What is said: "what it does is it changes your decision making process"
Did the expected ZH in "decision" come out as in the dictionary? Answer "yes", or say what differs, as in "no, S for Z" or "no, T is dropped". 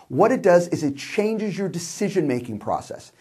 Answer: yes